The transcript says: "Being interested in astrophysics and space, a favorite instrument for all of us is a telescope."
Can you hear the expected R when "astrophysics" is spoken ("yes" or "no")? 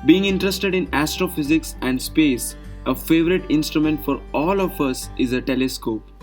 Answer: yes